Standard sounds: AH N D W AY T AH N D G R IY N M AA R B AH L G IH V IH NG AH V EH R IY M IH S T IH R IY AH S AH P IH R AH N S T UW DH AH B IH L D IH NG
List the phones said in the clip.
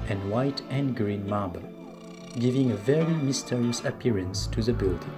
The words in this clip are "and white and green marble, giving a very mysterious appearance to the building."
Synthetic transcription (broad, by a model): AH N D W AY T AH N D G R IY N M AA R B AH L G IH V IH NG AH V EH R IY M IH S T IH R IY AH S AH P IH R AH N S T UW DH AH B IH L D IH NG